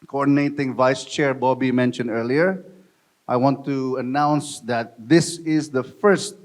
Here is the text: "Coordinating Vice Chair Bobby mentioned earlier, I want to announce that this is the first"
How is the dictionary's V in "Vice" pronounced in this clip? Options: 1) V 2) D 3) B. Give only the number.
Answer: 1